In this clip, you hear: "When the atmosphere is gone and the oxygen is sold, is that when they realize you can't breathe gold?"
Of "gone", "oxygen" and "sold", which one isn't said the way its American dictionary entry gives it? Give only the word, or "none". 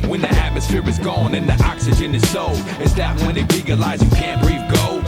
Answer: sold